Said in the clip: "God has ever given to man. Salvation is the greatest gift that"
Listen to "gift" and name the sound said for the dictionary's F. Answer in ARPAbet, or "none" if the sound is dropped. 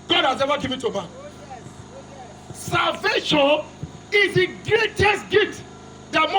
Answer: none